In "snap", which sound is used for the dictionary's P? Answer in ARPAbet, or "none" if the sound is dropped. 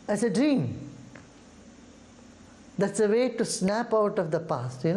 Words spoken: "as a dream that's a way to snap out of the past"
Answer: P